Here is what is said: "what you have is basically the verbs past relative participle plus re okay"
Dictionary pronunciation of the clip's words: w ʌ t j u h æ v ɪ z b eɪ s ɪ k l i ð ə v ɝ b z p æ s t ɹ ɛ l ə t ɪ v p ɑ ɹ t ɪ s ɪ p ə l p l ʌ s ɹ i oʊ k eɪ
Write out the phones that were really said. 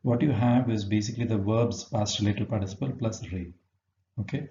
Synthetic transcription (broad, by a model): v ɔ t j u h æ v ɪ z b eɪ s ɪ k l i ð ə v ɝ b z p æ s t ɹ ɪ l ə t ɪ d p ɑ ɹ t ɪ s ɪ p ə l p l ʌ s ɹ i oʊ k eɪ